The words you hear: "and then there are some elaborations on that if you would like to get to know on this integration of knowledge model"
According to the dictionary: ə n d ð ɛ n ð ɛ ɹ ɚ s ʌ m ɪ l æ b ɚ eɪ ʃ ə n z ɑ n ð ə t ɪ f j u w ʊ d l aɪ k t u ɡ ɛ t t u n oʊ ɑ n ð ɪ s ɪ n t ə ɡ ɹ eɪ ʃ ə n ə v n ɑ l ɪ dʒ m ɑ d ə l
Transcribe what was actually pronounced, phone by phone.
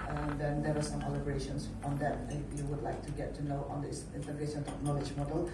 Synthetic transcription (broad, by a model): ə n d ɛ n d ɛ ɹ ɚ s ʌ m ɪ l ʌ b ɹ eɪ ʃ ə n s ɑ n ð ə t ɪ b j u w ʊ d l aɪ k t u ɡ ɛ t t u n oʊ ɑ n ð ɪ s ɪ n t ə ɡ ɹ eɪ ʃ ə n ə p n ɑ l ɪ dʒ m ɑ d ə l